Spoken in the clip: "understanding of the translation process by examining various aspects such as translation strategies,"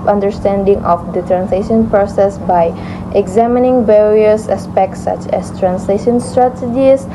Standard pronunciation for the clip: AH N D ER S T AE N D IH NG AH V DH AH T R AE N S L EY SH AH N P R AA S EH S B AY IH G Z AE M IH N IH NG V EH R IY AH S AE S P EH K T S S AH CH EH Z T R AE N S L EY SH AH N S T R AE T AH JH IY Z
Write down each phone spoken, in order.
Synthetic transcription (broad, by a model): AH N D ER S T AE N D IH NG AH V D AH T R AE N S L EY SH AH N P R AA S EH S B AY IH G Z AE M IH N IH NG V EH R IY AH S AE S P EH K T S S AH CH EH S T R AE N S L EY SH AH N S T R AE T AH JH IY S